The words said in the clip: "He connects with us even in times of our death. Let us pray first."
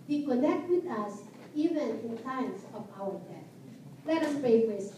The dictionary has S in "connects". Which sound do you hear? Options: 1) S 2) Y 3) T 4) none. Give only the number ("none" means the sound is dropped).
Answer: 4